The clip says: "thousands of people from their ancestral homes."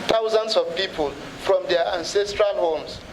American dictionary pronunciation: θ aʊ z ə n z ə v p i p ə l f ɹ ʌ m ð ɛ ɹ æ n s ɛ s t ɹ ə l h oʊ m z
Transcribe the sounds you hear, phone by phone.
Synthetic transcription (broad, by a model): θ aʊ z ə n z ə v p i p ə l f ɹ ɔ m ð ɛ æ n s ɛ s t ɹ ə l h oʊ m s